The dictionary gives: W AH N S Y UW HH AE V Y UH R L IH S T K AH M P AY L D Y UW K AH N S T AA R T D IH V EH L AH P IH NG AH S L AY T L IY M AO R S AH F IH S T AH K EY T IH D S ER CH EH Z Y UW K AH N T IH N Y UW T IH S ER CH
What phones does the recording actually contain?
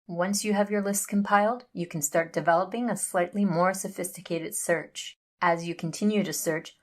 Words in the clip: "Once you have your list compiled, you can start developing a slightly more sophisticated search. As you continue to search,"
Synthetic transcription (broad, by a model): W AH N S Y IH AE V Y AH R L IH S T K AH M P AY L D Y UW K N S T AA R T D IH V EH L AH P IH NG AH S L AY T L IY M AO R S AH F IH S T AH K EY T IH D S ER CH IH Z Y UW K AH N T IH N Y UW T IH S ER CH